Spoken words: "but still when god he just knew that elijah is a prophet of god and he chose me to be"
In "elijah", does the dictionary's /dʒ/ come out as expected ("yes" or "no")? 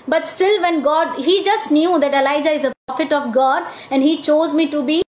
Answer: yes